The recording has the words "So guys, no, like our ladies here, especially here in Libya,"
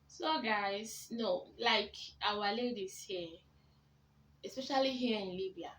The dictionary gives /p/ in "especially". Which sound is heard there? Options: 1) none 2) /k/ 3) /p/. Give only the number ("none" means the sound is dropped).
3